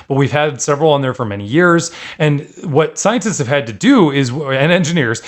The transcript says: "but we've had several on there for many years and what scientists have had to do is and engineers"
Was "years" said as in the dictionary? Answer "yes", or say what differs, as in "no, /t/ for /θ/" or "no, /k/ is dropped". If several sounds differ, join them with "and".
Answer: yes